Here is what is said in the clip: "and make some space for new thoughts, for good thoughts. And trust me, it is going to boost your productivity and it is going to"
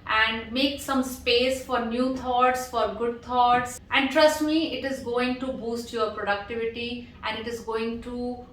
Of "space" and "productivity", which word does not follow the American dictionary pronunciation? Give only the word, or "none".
none